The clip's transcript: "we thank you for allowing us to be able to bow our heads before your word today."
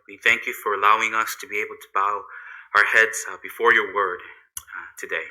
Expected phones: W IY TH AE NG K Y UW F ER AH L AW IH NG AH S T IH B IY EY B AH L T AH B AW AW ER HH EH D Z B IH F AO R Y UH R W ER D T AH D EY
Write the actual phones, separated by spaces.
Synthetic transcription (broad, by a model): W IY TH AE NG K Y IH F ER AH L AW IH NG AH S T IH B IY EY B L T AH B AW AW ER HH EH D Z B IH F AO R Y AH R W ER D T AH D EY